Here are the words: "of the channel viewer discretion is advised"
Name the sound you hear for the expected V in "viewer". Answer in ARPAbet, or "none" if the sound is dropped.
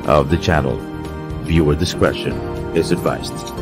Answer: V